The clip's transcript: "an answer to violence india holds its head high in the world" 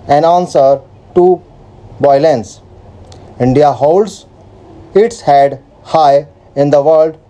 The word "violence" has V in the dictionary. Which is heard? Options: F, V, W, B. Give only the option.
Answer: B